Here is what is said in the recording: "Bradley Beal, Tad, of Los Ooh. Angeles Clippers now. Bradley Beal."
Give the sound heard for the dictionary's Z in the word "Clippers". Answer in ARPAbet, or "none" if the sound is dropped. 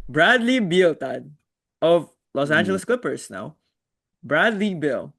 S